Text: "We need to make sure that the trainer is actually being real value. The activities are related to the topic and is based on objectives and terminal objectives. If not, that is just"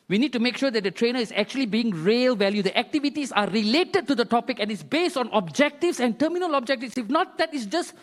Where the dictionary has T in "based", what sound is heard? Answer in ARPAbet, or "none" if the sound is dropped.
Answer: T